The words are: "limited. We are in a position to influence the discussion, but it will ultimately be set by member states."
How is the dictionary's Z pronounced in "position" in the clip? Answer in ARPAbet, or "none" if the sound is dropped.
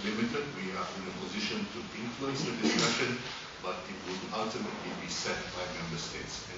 Z